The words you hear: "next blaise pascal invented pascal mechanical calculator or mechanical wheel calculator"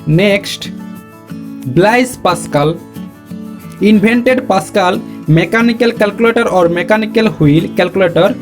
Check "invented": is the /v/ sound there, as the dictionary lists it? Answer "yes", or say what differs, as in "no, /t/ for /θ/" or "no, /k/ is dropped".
no, /b/ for /v/